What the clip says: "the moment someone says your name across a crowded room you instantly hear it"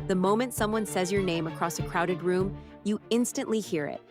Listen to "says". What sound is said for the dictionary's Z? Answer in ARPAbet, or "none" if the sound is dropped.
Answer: Z